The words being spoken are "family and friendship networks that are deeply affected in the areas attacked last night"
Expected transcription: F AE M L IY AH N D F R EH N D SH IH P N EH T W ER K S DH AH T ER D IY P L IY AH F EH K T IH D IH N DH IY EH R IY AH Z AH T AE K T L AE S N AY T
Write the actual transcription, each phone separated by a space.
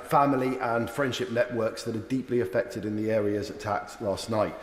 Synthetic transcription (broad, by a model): F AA M L IY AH N F R EH N D SH IH P N EH T W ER K S DH AH T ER D IY P L IY AH F EH K T IH D IH N DH IY EH R IY AH Z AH T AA K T L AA S N AY T